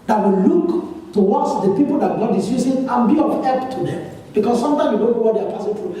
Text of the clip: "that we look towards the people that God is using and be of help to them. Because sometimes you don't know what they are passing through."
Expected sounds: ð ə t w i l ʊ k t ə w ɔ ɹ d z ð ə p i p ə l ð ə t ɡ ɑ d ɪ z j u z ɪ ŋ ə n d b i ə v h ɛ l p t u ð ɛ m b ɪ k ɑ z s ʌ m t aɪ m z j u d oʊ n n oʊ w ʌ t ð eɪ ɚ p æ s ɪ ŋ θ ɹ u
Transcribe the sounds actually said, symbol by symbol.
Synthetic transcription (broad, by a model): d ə t w i l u k t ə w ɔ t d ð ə p i p ə l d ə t ɡ ɑ d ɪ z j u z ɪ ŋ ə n b i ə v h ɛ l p t u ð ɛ m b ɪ k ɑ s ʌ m t aɪ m j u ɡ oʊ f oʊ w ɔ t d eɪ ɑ p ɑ s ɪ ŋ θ ɹ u